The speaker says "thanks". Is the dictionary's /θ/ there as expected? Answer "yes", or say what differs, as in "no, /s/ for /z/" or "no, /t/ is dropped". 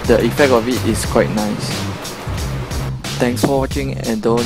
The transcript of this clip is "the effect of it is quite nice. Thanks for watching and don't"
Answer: no, /t/ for /θ/